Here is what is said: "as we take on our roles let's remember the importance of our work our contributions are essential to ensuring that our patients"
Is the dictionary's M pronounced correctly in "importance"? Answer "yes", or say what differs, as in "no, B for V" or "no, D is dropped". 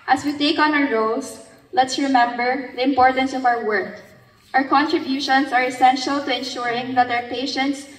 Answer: yes